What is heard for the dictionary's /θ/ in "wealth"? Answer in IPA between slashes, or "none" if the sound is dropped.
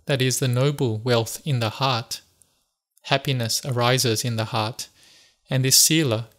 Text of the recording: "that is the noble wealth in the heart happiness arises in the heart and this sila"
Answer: /θ/